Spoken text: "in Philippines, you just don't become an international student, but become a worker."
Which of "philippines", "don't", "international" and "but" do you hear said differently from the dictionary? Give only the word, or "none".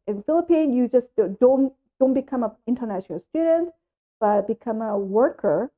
philippines